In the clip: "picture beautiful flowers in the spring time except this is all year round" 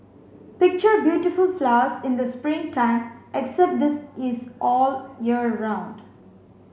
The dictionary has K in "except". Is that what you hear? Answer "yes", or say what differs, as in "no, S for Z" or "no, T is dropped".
yes